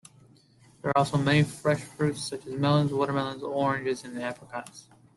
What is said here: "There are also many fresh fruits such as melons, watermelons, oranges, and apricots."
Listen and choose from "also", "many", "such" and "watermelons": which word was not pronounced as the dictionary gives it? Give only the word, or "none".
none